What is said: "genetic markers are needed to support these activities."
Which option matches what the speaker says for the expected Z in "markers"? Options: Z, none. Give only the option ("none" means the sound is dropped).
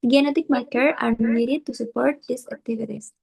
none